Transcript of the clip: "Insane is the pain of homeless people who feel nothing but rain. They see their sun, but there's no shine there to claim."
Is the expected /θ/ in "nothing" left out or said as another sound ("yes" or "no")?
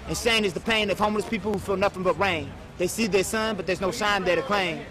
yes